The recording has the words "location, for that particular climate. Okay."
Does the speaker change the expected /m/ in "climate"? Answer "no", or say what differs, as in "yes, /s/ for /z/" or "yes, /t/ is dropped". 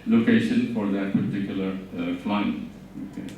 yes, /m/ is dropped